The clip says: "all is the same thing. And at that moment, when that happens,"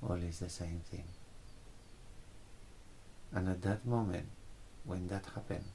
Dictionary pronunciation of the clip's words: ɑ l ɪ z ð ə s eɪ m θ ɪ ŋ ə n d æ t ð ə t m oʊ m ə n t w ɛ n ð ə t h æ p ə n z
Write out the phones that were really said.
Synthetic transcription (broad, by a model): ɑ l ɪ z ð ə s eɪ m θ ɪ ŋ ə n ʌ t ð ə t m oʊ m ə n t w ɛ n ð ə t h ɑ p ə n